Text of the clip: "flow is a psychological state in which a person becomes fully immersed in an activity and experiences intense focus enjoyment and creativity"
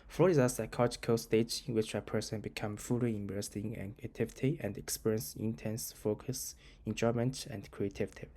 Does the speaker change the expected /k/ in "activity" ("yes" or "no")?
yes